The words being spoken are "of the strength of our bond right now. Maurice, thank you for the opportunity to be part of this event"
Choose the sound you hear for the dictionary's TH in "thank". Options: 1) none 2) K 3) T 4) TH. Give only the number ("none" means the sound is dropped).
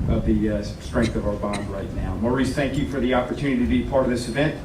4